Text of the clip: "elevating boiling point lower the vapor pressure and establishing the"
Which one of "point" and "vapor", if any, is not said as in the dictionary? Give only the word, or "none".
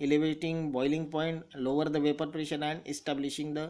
none